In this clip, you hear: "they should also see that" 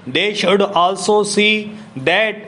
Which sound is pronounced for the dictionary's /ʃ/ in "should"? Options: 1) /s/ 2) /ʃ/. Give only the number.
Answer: 2